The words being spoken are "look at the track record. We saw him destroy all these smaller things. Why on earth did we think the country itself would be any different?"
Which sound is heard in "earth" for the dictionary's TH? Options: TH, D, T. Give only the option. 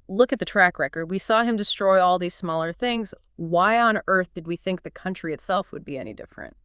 TH